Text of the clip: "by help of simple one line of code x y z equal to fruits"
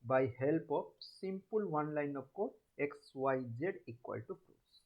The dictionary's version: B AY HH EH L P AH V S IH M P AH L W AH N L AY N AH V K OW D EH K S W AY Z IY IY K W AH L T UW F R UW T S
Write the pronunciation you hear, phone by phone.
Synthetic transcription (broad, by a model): B AY HH EH L P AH P S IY M P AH L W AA N L AY N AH P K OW EH K S W AY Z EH IY K W AH L T UW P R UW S